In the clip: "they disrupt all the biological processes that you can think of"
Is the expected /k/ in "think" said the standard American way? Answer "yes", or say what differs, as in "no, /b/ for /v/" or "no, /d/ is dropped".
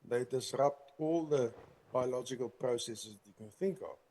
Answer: yes